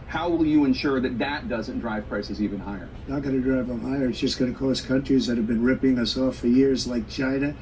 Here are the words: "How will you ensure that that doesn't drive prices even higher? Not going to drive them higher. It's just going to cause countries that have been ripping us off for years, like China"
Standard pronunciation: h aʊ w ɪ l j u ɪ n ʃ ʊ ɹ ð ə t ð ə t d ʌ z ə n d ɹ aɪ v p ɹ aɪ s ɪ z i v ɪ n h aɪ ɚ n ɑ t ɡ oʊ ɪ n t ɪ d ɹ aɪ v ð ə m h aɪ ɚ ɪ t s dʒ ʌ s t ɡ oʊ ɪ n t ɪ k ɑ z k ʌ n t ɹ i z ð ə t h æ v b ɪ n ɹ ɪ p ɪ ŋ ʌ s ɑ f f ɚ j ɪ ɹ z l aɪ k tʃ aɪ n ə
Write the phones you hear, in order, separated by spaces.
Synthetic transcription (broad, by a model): h aʊ w ɪ l j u ɪ n ʃ ʊ ɹ ð ə t ð ə t d ʌ z ə n d ɹ aɪ v p ɹ aɪ s ɪ z i v ɪ n h aɪ ɚ n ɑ t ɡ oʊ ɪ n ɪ d ɹ aɪ v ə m h aɪ ɚ ɪ t s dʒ ʌ s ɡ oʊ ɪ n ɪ k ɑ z k ʌ n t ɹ i z ð ə t h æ v b ɪ n ɹ ɪ p ɪ ŋ ʌ s ɑ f f ɚ j ɪ ɹ z l aɪ k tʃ aɪ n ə